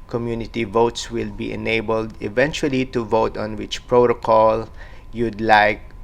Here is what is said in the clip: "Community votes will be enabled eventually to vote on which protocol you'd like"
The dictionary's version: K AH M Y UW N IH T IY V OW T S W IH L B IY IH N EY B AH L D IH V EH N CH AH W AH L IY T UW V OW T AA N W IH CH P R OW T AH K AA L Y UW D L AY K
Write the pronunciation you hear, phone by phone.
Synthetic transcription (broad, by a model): K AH M Y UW N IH T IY V OW T S W IH L B IY IH N EY B AH L D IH V EH N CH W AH L IY T UW V OW T AA N W IH CH P R OW T AH K AA L Y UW D L AY K